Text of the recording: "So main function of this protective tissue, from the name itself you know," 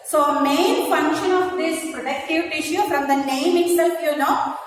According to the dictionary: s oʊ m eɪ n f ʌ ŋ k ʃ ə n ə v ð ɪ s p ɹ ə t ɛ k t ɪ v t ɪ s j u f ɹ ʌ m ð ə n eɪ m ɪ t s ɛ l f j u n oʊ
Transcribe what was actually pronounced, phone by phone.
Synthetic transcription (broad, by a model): s oʊ m eɪ n f ʌ ŋ k ʃ ə n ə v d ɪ s p ɹ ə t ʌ k t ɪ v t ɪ ʃ j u f ɹ ʌ m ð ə n eɪ m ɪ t s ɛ l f j u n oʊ